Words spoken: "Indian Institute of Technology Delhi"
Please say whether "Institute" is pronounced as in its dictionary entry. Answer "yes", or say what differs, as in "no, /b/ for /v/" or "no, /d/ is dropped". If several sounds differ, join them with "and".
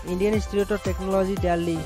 no, /n/ is dropped